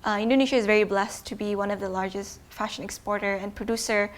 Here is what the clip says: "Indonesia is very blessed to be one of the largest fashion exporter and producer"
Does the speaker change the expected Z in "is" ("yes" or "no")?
no